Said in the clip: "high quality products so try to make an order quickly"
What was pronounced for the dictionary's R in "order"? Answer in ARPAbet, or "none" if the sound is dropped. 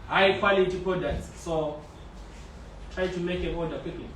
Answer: L